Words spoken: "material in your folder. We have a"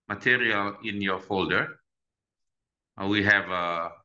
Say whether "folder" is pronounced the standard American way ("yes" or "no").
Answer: yes